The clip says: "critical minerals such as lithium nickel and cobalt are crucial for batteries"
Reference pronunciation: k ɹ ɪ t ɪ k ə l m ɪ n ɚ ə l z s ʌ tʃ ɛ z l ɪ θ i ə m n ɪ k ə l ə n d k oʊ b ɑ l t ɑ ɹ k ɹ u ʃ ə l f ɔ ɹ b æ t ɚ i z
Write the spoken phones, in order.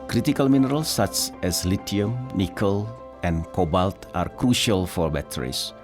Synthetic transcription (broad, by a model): k ɹ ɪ t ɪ k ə l m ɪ n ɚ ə l s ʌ tʃ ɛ s l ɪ t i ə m n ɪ k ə l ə n k oʊ b ɑ l t ɑ ɹ k ɹ u ʃ ə l f ɔ ɹ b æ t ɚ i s